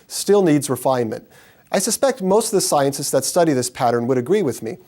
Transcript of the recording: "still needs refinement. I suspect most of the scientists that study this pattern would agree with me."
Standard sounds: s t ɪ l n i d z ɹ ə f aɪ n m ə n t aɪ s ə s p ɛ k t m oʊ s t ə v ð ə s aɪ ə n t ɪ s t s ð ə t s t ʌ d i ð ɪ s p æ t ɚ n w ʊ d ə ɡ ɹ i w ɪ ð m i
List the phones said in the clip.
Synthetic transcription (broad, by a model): s t ɪ l n i d z ɹ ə f aɪ n m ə n t aɪ s ə s p ɛ k t m oʊ s t ə v ð ə s aɪ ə n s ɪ s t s ð ə t s t ʌ d i ð ɪ s p æ t ɚ n w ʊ d ə ɡ ɹ i w ɪ ð m i